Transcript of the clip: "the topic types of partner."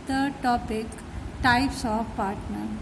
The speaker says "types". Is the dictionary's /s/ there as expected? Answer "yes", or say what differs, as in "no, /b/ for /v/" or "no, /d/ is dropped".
yes